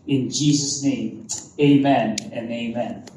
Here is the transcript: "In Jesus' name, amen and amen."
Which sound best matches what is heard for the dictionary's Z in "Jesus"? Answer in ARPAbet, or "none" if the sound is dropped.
Z